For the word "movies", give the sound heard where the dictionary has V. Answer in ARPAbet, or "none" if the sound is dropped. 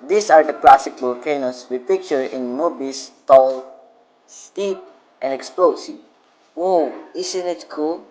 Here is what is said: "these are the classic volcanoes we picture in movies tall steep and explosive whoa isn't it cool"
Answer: B